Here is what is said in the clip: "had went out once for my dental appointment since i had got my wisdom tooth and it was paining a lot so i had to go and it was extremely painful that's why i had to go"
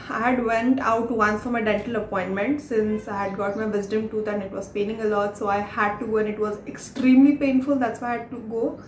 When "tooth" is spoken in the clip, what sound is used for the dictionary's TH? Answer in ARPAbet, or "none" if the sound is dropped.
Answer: T